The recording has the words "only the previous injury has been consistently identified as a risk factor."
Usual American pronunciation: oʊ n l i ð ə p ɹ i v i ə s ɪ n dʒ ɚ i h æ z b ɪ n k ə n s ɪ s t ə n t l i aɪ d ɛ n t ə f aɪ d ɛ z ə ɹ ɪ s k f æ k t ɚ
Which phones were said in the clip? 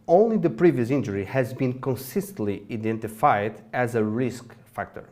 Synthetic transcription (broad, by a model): oʊ n l i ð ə p ɹ i v i ə s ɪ n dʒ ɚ i h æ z b ɪ n k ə n s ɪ s t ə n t l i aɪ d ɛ n t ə f aɪ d ɛ z ə ɹ ɪ s k f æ k t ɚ